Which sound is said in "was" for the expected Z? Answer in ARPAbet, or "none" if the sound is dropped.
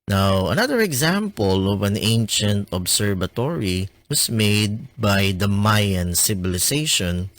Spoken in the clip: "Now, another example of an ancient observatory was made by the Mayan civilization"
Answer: S